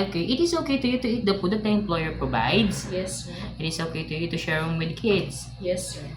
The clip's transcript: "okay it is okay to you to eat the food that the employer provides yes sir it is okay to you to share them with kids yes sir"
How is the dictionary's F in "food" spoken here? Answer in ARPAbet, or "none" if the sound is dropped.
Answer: P